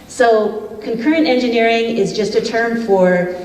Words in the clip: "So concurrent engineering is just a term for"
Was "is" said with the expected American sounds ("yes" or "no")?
yes